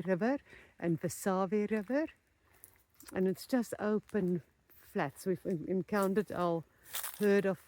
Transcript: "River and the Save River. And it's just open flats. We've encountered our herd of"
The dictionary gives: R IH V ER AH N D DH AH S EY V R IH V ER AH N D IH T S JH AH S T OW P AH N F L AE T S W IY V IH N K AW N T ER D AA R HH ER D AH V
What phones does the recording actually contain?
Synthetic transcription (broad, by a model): R IH V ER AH N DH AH S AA V R IH V ER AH N IH T S JH AH S T OW P AH N F L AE T S W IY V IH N K AW N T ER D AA L HH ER D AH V